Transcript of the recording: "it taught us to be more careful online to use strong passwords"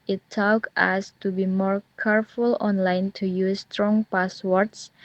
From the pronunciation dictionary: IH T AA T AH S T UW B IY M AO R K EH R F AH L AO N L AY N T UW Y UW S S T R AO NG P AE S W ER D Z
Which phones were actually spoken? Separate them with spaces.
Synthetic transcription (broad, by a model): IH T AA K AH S T UW B IY M AO R K EH R F AH L AO N L AY N T UW Y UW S S T R AO NG P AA S W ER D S